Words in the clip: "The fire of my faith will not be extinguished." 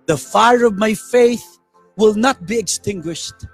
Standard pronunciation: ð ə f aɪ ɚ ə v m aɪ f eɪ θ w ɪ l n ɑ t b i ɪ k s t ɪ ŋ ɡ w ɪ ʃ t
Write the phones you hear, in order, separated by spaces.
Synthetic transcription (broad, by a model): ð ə f aɪ ɚ ə v m aɪ f eɪ θ w ɪ l n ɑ t b i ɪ k s t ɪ ŋ ɡ w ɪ ʃ t